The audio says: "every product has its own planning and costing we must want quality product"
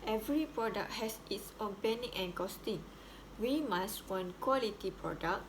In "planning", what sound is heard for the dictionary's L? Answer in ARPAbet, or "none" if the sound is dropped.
none